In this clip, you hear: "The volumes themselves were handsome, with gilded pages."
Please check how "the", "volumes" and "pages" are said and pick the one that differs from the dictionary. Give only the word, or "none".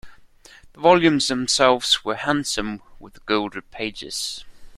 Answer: none